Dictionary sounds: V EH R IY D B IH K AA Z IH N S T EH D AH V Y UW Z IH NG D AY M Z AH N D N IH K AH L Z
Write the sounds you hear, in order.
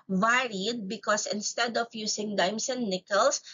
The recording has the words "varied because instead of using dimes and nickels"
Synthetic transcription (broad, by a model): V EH R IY D B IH K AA S IH N S T EH D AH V Y UW S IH NG D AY M S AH N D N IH K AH L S